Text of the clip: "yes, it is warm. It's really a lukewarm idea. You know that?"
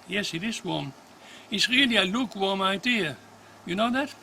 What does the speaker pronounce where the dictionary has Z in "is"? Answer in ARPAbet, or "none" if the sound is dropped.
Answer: S